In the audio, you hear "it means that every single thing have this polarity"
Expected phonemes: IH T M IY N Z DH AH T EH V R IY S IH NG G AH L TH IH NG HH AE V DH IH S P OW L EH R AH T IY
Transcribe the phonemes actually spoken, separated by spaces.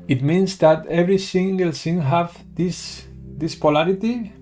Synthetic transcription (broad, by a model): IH T M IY N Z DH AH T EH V R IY S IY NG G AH L S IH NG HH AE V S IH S P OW L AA R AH T IY